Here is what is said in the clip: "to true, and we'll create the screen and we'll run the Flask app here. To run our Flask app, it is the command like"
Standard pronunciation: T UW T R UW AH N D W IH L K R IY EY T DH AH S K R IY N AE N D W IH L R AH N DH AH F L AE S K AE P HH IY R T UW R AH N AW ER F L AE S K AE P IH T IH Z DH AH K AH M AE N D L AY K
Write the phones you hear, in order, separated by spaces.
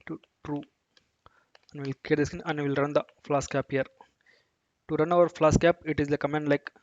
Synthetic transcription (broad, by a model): T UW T R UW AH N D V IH L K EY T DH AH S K IY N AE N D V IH L R AH N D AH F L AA S K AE P HH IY R T UW R AH N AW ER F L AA S K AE P IH T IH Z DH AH K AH M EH N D L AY K